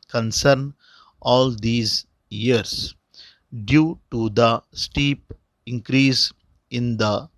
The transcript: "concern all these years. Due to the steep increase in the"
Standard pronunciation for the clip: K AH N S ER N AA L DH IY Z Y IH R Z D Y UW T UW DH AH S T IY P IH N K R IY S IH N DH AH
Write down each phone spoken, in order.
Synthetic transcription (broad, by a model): K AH N S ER N AA L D IY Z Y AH R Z D Y UW T UW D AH S T IY P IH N K R IY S IH N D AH